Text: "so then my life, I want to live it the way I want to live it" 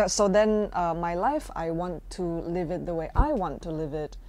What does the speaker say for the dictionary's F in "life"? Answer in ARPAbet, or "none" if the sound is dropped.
F